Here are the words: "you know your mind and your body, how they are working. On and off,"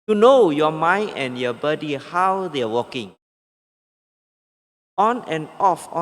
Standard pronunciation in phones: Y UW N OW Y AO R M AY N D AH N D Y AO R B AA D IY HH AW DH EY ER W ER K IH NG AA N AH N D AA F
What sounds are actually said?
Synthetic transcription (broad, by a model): Y UW N OW Y AO M AY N AH N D Y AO B AA D IY HH AW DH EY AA W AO K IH NG AA N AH N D AA F